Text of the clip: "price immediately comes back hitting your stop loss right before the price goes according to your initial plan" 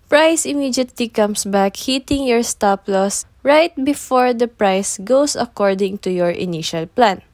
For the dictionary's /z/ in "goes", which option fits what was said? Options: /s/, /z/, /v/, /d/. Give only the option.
/s/